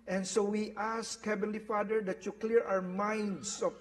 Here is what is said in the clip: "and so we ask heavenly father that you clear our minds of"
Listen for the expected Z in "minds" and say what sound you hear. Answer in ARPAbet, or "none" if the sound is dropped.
S